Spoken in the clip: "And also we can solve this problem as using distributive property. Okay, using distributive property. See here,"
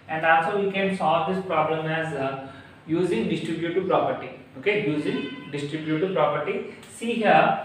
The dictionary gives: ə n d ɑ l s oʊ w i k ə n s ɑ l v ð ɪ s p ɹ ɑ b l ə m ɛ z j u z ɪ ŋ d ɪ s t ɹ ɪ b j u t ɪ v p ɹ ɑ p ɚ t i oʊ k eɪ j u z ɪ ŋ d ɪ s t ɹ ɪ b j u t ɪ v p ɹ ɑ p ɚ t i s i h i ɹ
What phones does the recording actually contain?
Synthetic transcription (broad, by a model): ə n d ɑ l s oʊ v i k ə n s ɑ l v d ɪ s p ɹ ɑ b l ə m ɛ z j u z ɪ ŋ d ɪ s t ɹ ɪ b j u t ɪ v p ɹ ɑ p ɚ t i oʊ k eɪ j u z ɪ ŋ d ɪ s t ɹ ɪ b j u t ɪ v p ɹ ɑ p ɚ t i s i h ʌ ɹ